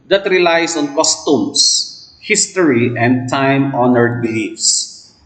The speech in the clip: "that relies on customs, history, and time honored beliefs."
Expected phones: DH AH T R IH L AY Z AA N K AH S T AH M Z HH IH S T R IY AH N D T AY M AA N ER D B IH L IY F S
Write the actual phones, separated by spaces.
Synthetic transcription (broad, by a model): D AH T R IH L AY S AA N K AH S T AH M S HH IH S T R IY AH N D T AY M AA N ER D B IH L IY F S